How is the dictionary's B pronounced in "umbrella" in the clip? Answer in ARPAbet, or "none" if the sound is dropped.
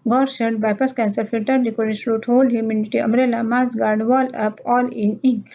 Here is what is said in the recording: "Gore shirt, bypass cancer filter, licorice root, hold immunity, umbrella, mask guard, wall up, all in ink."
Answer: none